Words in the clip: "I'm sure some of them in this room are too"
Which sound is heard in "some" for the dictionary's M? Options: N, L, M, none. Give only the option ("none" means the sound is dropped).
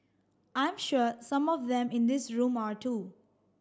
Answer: M